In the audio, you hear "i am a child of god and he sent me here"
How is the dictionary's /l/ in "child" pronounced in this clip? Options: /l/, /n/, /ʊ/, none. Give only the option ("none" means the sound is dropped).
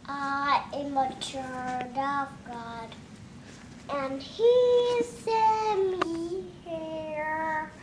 none